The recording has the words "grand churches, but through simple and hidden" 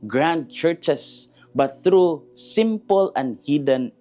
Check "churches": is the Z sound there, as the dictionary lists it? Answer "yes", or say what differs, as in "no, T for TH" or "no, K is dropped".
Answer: no, S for Z